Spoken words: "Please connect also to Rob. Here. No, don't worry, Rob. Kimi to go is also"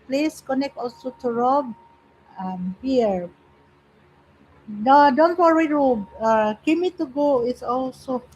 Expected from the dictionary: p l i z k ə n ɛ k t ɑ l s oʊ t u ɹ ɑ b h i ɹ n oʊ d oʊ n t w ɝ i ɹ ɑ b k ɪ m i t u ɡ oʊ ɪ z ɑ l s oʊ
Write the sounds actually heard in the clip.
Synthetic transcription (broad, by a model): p l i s k ə n ɛ k t ɑ l s oʊ t u ɹ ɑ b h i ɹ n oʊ d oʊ n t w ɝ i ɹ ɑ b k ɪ m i t u ɡ oʊ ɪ s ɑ l s oʊ